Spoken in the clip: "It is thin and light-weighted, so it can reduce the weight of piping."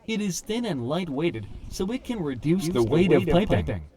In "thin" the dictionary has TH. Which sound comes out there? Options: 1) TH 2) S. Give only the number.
1